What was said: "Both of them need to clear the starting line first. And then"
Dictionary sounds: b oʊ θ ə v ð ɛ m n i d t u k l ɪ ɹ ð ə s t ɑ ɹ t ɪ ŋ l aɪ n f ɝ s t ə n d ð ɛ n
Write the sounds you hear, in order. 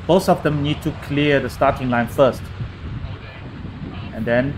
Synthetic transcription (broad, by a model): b oʊ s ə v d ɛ m n i d t u k l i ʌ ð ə s t ɑ t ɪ ŋ l aɪ n f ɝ s t ə n d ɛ n